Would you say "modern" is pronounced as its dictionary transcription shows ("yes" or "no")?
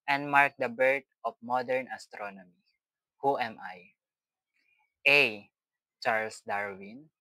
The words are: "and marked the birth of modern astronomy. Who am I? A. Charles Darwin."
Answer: yes